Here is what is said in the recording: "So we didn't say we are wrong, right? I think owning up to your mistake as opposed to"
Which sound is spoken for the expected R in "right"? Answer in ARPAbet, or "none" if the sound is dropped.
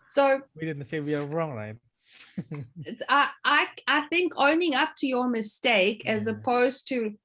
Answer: L